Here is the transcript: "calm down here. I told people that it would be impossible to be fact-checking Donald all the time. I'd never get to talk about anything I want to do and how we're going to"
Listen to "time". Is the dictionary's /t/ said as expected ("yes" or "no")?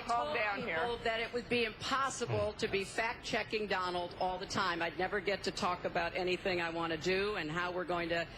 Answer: yes